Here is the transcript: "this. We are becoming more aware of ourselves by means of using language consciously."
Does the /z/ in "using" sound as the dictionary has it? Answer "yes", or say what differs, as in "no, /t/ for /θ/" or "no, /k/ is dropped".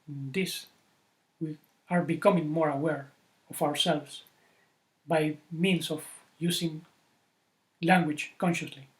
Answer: no, /s/ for /z/